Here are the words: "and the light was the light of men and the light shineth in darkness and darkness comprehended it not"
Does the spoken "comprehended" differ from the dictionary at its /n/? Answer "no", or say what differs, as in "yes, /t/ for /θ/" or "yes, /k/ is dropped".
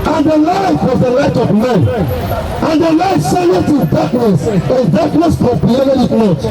yes, /n/ is dropped